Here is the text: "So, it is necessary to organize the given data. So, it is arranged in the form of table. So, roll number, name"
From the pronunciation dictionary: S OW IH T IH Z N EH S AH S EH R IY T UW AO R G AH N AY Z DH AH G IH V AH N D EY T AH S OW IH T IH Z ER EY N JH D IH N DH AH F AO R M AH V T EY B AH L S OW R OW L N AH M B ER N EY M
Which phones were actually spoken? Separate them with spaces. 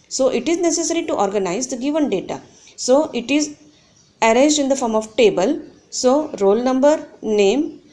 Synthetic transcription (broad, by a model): S OW IH T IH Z N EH S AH S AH R IY T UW AO R G AH N AY Z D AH G IH V AH N D EY T AH S OW IH T IH Z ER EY JH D IH N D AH F AO R M AH V T EY B AH L S OW R OW L N AH M B ER N EY M